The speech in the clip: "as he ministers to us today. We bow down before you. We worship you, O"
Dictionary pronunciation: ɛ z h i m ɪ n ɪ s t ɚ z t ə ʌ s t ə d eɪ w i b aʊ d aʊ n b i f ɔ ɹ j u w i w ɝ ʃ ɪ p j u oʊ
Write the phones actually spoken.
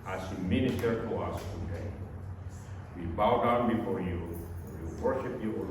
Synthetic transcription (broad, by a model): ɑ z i m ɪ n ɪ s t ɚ t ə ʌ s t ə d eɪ w i b aʊ d aʊ n b i f ɔ ɹ j u w i w ɝ ʃ ɪ p j u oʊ